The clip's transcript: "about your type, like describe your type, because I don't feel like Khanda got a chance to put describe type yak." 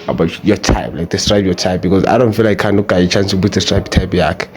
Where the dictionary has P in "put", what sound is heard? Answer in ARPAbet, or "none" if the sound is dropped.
B